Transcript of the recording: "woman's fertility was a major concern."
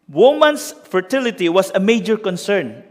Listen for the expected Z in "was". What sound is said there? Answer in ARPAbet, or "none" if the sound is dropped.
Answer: S